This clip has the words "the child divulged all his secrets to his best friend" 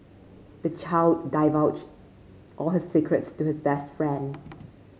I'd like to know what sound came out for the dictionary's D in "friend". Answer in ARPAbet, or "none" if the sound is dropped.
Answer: D